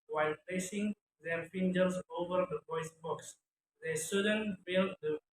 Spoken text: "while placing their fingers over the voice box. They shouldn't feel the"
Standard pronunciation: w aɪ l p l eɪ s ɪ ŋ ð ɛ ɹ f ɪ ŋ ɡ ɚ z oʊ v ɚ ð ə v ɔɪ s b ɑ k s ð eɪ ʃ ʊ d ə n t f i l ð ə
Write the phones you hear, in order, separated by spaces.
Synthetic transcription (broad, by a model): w aɪ l p l eɪ s ɪ ŋ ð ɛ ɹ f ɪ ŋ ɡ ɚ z oʊ v ɚ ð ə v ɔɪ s b ɑ k s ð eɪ s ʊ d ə n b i l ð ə